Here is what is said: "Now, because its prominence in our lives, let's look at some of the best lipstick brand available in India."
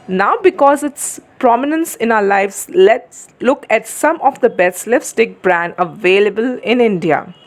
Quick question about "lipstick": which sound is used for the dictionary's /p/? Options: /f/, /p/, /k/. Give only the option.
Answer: /f/